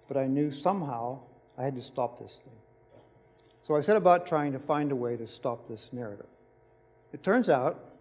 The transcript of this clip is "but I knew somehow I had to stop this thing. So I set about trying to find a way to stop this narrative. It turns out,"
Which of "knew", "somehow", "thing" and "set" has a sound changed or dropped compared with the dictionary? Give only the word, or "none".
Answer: none